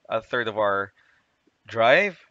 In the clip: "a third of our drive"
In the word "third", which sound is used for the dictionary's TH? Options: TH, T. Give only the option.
TH